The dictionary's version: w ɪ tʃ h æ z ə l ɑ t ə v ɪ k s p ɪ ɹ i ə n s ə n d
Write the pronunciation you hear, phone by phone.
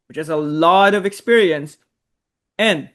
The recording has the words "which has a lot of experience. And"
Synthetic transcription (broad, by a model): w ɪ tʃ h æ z ə l ɑ t ə v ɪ k s p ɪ ɹ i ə n s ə n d